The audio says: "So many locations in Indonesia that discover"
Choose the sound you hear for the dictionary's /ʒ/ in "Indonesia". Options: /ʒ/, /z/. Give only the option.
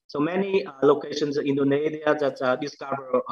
/z/